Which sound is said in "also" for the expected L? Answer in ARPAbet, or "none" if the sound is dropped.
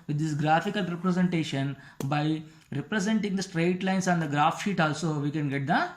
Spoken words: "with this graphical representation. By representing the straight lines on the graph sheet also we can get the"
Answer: L